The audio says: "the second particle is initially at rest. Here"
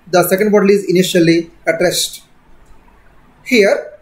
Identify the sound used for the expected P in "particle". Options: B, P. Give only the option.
B